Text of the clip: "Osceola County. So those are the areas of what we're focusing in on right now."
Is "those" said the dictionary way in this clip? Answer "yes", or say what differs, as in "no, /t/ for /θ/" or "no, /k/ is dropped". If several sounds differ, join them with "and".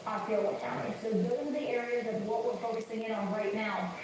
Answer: no, /z/ is dropped